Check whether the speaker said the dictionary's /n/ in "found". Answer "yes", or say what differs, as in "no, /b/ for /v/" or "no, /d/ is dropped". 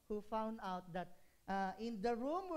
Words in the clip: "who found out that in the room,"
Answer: yes